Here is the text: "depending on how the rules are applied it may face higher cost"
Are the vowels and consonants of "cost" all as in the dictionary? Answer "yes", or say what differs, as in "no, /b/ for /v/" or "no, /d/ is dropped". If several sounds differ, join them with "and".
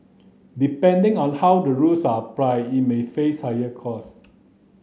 no, /t/ is dropped